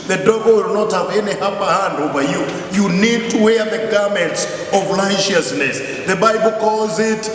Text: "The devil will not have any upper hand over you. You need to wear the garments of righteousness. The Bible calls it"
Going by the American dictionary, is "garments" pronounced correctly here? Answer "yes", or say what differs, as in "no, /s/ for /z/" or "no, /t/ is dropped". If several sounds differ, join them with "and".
yes